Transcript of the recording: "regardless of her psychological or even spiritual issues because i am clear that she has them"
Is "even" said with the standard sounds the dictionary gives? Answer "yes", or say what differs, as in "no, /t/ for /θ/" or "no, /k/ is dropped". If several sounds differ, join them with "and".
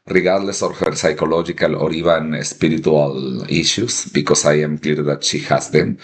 no, /b/ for /v/